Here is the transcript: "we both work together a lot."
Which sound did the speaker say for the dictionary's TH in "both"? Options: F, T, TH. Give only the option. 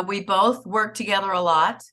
TH